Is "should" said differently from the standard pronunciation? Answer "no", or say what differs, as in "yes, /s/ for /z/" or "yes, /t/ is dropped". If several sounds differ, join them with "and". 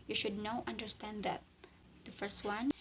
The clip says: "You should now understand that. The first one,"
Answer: no